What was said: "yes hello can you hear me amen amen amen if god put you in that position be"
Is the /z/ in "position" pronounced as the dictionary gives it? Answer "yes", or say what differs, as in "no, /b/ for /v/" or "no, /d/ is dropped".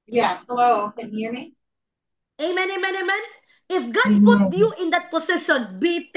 no, /s/ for /z/